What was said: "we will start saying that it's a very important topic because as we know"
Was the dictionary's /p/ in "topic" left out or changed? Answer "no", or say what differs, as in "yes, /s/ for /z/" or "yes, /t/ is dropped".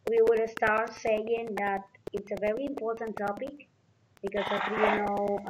no